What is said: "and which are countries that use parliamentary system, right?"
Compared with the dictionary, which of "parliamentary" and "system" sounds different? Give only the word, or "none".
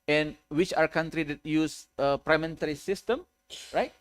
parliamentary